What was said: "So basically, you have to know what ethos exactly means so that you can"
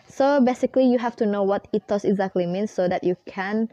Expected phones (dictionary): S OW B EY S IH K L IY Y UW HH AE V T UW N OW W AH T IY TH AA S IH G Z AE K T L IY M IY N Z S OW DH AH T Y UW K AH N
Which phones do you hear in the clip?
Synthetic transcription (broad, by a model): S OW B EY S IH K L IY Y UW HH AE F T UW N OW W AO T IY T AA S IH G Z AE K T L IY M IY N S OW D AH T Y UW K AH N